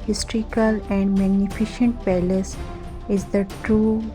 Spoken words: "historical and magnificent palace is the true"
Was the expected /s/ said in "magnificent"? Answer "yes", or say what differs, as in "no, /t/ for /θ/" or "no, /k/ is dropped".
no, /ʃ/ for /s/